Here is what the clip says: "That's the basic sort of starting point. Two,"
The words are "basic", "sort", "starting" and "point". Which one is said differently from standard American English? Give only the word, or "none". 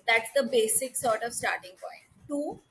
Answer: none